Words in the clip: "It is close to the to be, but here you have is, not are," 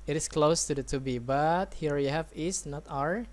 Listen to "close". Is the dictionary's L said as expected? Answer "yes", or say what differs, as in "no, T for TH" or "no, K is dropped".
yes